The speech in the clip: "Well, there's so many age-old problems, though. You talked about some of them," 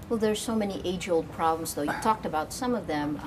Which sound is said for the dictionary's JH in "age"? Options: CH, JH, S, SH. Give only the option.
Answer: JH